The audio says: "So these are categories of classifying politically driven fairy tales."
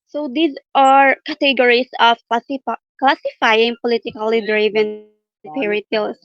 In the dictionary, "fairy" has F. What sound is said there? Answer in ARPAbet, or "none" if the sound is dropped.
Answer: P